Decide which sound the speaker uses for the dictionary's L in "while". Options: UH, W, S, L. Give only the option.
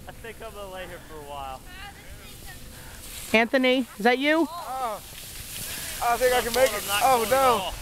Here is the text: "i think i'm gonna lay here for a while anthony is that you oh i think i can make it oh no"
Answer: L